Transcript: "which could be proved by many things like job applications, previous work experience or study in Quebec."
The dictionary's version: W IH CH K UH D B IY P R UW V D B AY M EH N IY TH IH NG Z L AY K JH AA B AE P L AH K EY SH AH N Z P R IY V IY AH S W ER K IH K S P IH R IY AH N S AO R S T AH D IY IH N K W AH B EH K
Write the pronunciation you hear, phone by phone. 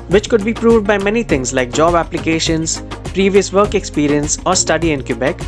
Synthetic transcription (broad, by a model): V IH CH K UH D B IY P R UW V D B AY M EH N IY T IH NG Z L AY K JH AA B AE P L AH K EY SH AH N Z P R IY V IY AH S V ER K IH K S P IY R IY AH N S AO R S T AH D IY IH N K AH B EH K